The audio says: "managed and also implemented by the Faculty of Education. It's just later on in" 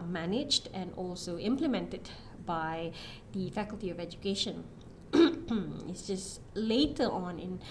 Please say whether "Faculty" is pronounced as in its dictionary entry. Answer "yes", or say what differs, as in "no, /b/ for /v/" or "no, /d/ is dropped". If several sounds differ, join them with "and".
yes